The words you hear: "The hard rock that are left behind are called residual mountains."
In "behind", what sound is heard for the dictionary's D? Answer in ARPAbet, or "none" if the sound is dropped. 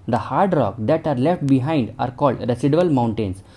D